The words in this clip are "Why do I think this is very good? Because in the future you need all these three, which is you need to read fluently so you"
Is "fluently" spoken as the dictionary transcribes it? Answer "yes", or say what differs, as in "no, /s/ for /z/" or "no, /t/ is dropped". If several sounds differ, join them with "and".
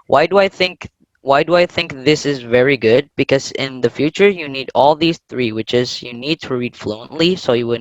yes